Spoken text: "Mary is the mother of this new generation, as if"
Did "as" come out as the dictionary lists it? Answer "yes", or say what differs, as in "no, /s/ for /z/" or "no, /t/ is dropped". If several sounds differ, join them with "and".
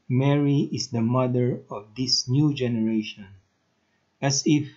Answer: no, /s/ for /z/